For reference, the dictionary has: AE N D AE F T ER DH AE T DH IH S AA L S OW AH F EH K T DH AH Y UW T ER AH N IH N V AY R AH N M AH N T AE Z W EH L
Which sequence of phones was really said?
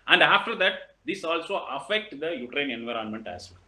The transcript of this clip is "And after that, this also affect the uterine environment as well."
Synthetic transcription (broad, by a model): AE N D AE F T ER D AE T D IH S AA L S OW AH F EH K T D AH Y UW T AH N IH N V AY R AH N M AH N T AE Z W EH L